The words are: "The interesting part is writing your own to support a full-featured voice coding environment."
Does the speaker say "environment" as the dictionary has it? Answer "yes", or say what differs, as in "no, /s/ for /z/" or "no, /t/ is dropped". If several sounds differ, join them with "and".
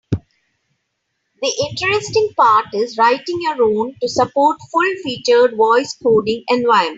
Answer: no, /ɹ/ is dropped and /n/ is dropped